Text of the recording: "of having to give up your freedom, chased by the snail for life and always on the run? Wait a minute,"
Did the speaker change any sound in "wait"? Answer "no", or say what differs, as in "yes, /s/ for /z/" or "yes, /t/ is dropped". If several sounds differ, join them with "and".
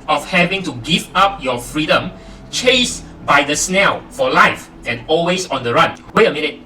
yes, /t/ is dropped